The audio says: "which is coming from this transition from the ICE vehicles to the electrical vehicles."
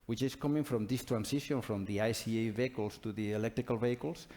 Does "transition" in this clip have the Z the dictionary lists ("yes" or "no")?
no